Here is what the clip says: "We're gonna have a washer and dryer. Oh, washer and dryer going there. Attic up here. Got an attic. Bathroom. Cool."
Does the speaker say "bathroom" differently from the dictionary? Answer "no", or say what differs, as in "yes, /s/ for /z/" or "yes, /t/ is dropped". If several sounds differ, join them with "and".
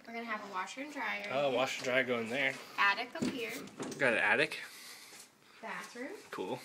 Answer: yes, /s/ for /θ/